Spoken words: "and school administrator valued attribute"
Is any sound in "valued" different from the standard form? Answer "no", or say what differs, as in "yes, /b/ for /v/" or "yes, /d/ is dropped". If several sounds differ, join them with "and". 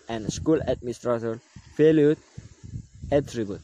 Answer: yes, /f/ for /v/